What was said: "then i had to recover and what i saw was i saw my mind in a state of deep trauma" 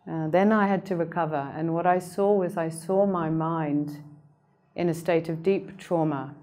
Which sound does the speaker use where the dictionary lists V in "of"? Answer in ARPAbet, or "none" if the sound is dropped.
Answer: V